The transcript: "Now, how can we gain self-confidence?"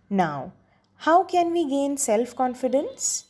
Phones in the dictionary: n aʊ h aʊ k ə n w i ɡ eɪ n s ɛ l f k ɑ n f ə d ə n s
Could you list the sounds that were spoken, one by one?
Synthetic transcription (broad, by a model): n aʊ h aʊ k ə n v i ɡ eɪ n s ɛ l f k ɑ n f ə d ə n s